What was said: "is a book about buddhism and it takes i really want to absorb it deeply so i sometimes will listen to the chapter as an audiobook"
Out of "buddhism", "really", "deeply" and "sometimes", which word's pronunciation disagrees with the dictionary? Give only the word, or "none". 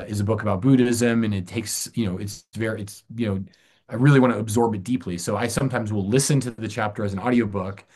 none